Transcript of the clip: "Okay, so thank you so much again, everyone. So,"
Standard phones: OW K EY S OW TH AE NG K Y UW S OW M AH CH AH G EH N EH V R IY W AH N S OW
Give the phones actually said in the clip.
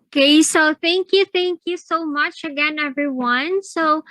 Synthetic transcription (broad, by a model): K EY S OW TH AE NG K Y UW S OW M AH CH AH G EH N EH V R IY W AH N S OW